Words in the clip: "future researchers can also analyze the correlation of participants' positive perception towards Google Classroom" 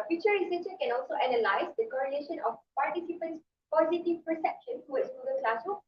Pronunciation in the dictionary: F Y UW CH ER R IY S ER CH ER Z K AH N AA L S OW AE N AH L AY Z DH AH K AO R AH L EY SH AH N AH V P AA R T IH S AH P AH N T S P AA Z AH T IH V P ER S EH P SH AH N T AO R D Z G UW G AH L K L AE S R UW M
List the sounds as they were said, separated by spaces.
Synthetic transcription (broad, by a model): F Y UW CH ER R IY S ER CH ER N K AH N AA L S OW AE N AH L AY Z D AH K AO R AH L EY SH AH N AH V P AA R T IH S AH P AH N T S P AA Z AH T IH V P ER S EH P SH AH N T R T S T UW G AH N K L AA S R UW